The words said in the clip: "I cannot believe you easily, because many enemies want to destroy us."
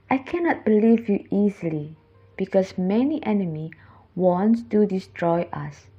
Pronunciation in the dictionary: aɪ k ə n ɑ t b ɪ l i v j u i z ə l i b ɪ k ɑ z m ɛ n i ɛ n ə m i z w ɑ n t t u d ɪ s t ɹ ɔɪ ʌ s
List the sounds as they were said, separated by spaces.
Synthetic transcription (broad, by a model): aɪ k ə n ɑ t b ɪ l i v j u i z ə l i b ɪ k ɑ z m ɛ n i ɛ n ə m i w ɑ n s t u d ɪ s t ɹ ɔɪ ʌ s